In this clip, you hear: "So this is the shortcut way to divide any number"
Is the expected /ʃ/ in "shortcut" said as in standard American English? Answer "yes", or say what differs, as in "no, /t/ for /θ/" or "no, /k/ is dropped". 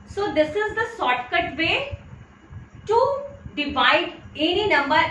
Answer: no, /s/ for /ʃ/